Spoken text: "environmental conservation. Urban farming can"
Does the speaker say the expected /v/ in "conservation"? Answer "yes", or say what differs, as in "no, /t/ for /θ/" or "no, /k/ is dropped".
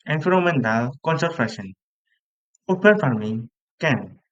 no, /f/ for /v/